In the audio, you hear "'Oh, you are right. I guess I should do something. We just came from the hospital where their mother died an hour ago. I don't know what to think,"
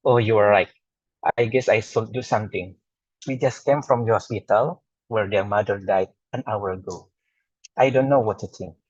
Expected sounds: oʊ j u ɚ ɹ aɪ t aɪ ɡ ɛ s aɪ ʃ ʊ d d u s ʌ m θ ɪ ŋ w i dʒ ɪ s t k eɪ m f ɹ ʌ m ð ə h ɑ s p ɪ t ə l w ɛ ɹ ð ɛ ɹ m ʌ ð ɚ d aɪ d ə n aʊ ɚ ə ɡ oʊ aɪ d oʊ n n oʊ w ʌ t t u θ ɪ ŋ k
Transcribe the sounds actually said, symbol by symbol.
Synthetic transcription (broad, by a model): oʊ j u ɚ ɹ aɪ t aɪ ɡ ɛ s aɪ s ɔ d d u s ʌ m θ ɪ ŋ w i dʒ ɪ s k eɪ m f ɹ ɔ m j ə h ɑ s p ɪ t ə l w ɛ ɹ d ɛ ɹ m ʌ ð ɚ d aɪ d ə n aʊ ɚ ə ɡ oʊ aɪ d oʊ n n oʊ w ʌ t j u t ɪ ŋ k